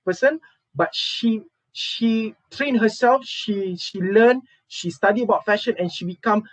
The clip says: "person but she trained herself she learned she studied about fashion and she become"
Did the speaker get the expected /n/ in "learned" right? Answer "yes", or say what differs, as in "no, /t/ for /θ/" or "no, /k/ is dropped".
no, /l/ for /n/